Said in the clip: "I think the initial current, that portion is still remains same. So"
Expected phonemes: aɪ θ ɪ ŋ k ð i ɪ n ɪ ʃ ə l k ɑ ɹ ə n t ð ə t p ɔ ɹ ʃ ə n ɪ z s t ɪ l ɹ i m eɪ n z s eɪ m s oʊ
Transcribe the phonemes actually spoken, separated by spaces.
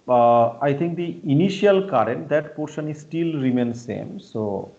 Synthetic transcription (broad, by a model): aɪ t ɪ ŋ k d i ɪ n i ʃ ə l k ɑ ɹ ə n t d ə t p ɔ ɹ ʃ ə n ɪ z s t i l ɹ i m eɪ n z s eɪ m s oʊ